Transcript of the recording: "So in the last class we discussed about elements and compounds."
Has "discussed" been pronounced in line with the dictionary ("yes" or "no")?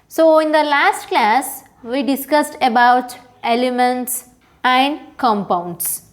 yes